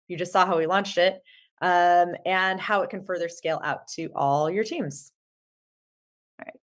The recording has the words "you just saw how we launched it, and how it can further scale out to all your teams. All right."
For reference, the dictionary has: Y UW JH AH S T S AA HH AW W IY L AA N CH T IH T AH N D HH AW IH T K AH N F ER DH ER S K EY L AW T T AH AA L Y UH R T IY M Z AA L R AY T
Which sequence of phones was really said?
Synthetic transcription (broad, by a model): Y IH JH AH S T S AA HH AW W IY L AA N CH T IH T AH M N HH AW IH T K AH N F ER DH ER S K EY L AW T T AA L Y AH R T IY M Z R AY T